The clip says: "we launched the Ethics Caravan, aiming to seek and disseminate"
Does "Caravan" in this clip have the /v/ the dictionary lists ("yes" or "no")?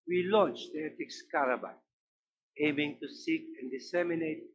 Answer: no